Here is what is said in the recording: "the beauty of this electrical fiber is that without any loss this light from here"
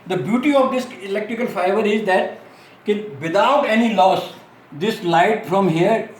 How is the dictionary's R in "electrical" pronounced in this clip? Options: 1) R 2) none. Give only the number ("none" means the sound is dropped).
1